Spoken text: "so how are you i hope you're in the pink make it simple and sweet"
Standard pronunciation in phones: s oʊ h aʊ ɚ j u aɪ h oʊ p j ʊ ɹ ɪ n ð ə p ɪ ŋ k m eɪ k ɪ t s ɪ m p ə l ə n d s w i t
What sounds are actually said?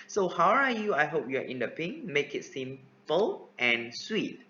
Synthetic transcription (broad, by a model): s oʊ h aʊ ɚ j u aɪ h oʊ p j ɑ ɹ ɪ n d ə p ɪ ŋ m eɪ k ɪ t s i m f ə l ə n s w i t